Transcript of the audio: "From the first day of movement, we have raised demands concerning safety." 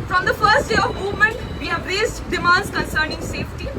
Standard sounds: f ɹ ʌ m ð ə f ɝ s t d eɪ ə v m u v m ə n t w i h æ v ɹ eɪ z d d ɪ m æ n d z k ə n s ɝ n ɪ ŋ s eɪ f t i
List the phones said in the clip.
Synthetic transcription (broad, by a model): f ɹ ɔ m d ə f ɝ s t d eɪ ə v m u v m ə n t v i h æ v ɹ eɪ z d d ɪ m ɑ n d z k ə n s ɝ n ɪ ŋ s eɪ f t i